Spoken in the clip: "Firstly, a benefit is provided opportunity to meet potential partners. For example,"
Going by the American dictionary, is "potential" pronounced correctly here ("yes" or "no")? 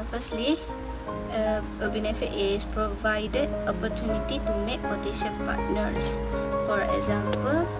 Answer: no